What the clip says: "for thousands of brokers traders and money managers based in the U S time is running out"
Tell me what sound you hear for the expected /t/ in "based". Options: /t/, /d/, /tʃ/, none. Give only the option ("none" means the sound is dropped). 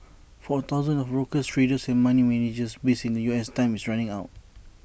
none